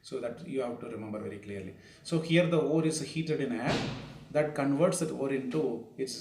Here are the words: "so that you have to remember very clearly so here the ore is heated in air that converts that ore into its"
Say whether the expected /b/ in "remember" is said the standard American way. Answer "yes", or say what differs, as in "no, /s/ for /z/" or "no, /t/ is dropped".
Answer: yes